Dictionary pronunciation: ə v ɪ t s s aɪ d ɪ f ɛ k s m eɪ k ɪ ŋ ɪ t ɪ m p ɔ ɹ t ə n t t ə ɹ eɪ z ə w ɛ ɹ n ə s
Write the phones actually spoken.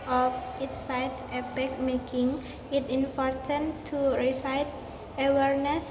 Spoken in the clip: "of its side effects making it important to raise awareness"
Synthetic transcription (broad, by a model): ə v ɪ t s s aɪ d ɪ p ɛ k m eɪ k ɪ ŋ ɪ t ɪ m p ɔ ɹ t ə n t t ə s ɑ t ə w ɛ ɹ n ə s